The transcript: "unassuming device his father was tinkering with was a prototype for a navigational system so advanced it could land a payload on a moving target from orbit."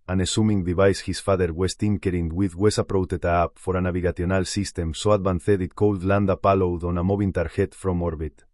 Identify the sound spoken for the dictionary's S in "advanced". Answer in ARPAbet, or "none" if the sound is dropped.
TH